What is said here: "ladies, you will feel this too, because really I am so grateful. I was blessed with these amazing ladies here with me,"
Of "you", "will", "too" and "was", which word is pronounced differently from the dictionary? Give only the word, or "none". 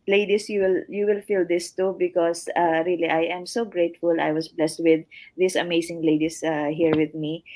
was